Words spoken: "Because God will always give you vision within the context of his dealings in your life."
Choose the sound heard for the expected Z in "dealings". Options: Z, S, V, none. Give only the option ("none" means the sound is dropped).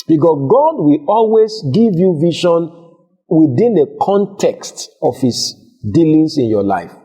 S